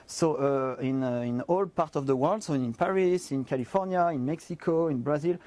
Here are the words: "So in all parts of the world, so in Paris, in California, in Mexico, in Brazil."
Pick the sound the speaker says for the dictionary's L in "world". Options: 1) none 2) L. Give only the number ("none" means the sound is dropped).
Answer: 2